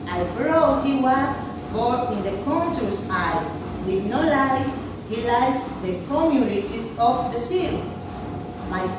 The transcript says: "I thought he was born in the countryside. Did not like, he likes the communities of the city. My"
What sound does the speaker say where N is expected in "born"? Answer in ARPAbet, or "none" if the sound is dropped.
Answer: none